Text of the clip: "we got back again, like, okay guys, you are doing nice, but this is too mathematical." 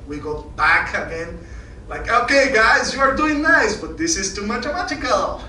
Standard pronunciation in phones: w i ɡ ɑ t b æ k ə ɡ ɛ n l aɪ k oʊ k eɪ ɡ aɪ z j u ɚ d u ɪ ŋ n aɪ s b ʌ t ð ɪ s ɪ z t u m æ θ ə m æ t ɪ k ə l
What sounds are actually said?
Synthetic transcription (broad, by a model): w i ɡ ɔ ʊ b æ k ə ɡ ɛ n l aɪ k oʊ k eɪ ɡ aɪ z j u ɚ d u ɪ ŋ n aɪ s b ʌ t ð ɪ s ɪ z t u m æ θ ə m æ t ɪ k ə l